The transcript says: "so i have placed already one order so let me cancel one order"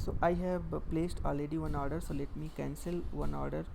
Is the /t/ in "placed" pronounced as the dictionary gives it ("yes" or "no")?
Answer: yes